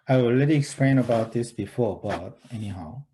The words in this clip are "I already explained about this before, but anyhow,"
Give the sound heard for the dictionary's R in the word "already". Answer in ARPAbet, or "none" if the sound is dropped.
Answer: L